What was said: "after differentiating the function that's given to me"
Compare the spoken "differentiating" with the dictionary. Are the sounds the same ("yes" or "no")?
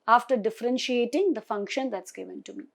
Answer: yes